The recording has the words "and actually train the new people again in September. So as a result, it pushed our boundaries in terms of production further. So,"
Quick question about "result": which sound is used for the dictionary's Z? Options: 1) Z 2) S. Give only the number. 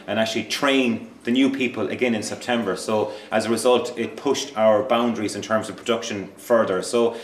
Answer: 1